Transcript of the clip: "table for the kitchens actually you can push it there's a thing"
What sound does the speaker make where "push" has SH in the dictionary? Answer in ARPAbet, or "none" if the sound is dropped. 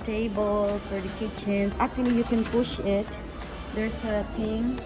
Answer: SH